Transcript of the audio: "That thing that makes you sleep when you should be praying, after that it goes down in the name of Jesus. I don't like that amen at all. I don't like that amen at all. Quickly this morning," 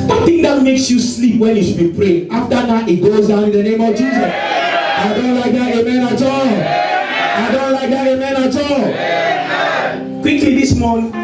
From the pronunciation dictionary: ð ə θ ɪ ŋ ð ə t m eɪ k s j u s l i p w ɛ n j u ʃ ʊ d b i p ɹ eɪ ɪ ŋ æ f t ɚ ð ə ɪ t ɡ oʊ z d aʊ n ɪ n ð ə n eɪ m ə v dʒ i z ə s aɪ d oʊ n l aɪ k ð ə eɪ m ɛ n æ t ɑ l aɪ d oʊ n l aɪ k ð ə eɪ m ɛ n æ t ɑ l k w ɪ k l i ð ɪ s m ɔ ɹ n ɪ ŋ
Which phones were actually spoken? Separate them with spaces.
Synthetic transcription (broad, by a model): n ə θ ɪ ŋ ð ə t m eɪ k s j u s l i p w ɛ n j u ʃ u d b i p ɹ eɪ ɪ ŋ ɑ f t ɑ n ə ɪ t ɡ oʊ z d aʊ n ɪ n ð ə n eɪ m ə v dʒ i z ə s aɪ d oʊ n l aɪ k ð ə eɪ m ɛ n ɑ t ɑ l aɪ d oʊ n l aɪ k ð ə eɪ m ɛ n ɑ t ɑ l k w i k l i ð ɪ s m ɔ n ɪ